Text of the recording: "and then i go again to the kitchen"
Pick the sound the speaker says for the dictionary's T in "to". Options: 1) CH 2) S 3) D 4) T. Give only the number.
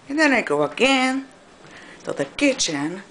2